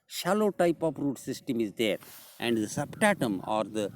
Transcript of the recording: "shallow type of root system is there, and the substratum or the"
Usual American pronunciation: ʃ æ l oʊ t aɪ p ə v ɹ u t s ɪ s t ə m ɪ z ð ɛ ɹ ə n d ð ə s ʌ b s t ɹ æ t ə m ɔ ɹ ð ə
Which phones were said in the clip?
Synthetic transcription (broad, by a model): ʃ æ l oʊ t aɪ p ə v ɹ u t s ɪ s t ə m ɪ z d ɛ ɹ ə n d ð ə s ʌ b t æ t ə m ɔ ɹ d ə